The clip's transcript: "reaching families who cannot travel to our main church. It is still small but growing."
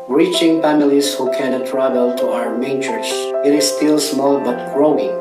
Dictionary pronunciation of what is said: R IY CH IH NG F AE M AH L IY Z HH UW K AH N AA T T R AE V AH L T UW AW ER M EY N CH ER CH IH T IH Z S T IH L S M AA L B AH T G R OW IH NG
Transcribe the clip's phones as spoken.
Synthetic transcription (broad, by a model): R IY CH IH NG P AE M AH L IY S HH UW K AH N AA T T R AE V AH L T UW AW ER M EY N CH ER S IH T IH S T IH L S M AA L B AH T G R OW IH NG